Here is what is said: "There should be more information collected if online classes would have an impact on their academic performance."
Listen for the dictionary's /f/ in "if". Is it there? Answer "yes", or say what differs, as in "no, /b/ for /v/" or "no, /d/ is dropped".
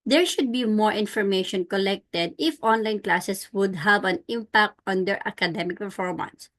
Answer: yes